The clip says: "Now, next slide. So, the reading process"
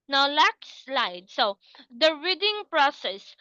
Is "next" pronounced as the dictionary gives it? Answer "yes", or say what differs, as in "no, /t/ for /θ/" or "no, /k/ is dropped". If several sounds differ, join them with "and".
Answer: no, /l/ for /n/